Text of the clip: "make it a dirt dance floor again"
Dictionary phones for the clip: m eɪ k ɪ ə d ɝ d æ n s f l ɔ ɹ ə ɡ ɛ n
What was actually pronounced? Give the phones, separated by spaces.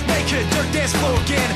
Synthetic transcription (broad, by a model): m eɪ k ɪ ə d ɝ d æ s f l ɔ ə ɡ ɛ n